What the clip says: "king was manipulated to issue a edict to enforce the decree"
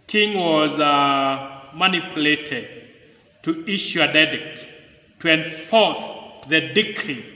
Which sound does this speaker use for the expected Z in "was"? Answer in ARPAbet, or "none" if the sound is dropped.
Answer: Z